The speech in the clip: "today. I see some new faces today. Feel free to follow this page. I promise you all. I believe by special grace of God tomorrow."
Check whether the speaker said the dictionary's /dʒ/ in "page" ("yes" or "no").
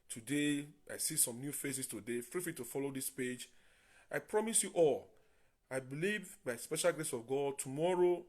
yes